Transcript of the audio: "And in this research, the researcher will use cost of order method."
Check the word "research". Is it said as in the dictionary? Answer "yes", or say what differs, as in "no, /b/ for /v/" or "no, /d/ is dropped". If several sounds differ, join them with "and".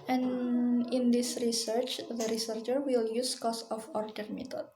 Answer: yes